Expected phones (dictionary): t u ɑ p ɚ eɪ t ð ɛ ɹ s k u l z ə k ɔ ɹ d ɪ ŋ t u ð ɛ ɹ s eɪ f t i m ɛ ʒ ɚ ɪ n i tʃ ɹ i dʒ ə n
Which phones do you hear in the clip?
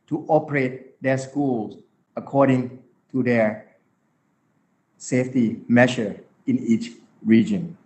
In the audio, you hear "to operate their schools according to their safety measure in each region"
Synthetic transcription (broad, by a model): t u ɑ p ɚ eɪ t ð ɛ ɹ s k u l s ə k ɔ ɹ d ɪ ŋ t u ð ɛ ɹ s eɪ f t i m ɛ ʃ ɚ ɪ n i tʃ ɹ i dʒ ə n